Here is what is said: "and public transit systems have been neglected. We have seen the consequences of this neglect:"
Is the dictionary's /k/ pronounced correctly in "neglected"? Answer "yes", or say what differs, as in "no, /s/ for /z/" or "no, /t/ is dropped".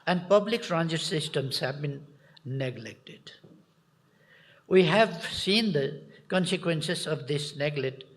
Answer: yes